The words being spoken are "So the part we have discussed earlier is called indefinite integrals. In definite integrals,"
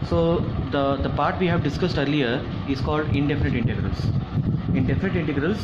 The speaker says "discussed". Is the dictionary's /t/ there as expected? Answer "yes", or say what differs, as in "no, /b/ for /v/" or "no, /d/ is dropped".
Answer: yes